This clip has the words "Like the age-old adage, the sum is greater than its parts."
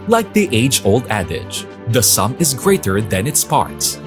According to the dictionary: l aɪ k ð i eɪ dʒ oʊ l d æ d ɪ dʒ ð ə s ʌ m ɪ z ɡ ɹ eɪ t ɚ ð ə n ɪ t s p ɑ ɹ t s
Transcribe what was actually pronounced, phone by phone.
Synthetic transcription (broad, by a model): l aɪ k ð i eɪ dʒ oʊ l d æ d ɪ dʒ ð ə s ʌ m ɪ z ɡ ɹ eɪ t ɚ ð ə n ɪ t s p ɑ ɹ t s